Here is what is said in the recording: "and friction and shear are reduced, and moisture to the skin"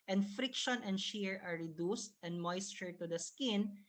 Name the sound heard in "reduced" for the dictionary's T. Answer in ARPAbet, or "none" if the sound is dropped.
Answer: T